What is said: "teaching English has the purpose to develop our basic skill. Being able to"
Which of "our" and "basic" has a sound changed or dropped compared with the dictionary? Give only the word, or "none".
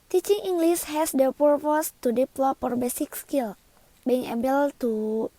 none